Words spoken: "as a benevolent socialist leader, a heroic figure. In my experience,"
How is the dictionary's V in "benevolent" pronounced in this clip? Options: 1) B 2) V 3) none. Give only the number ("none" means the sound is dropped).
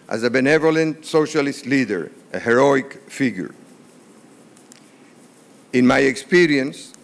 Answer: 2